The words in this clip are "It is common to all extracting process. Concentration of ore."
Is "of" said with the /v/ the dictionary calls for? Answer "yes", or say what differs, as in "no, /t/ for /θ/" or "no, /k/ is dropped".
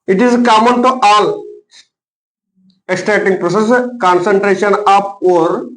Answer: no, /p/ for /v/